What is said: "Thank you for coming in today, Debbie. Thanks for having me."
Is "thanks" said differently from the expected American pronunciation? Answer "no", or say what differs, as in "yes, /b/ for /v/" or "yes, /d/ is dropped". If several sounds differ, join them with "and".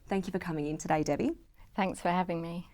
no